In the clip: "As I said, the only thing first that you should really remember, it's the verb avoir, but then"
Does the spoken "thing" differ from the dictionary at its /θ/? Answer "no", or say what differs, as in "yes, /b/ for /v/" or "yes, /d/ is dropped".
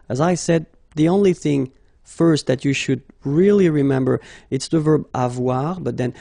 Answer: no